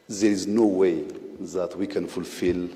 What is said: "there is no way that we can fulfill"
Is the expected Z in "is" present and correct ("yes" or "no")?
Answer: yes